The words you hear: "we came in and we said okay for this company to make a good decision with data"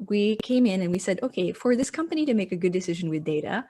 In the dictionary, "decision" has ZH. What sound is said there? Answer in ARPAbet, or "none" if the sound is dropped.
ZH